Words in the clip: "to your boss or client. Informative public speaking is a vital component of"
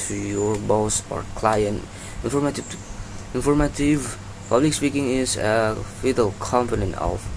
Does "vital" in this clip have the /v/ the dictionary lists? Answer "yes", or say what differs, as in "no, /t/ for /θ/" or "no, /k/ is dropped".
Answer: no, /f/ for /v/